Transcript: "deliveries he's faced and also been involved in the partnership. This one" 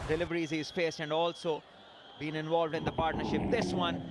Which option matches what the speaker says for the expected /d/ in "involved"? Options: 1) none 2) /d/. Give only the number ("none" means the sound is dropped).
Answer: 2